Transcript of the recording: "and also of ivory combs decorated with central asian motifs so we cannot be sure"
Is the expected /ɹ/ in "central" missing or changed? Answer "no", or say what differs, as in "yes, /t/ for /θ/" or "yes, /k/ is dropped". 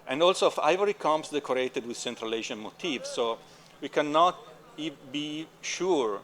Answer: no